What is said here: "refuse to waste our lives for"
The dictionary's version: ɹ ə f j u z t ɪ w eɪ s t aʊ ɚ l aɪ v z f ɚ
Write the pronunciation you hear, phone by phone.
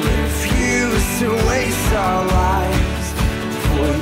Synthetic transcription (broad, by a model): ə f j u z t ɪ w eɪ s aʊ ɚ l aɪ v z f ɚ